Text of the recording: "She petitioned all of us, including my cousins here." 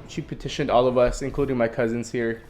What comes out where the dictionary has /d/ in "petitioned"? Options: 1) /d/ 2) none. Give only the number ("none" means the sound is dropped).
1